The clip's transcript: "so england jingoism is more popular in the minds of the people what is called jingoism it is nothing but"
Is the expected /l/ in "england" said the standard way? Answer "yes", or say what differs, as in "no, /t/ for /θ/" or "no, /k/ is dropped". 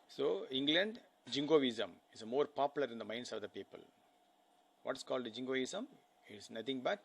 yes